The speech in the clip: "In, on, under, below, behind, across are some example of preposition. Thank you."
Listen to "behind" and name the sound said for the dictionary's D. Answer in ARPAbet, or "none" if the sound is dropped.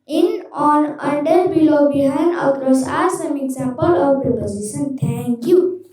none